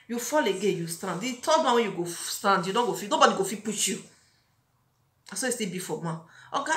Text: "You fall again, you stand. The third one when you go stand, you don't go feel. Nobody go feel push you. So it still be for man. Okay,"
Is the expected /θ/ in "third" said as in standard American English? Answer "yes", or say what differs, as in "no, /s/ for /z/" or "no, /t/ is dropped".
no, /t/ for /θ/